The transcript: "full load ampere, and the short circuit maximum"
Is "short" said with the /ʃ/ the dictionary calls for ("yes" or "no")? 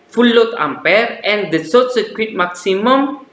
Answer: no